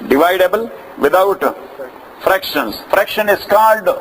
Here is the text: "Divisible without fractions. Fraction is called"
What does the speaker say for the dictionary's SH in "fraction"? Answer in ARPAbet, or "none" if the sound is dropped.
SH